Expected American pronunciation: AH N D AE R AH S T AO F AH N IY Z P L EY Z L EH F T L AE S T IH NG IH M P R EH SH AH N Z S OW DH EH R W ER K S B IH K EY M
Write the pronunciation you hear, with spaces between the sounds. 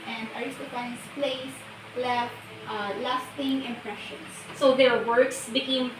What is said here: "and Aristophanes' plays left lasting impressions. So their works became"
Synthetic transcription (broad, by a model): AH N D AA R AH S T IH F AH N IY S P L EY S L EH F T L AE S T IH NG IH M P R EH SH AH N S S OW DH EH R W ER K S B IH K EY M